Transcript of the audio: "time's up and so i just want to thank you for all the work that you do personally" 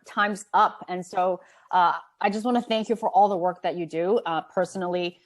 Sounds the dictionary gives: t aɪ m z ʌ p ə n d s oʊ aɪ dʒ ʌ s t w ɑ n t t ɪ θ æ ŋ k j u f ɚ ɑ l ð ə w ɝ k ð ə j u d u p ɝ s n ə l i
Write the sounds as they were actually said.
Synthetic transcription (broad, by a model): t aɪ m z ʌ p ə n s oʊ aɪ dʒ ʌ s t w ɑ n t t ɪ θ æ ŋ k j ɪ f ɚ ɑ l ð ə w ɝ k ð ə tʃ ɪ d u p ɝ s n l i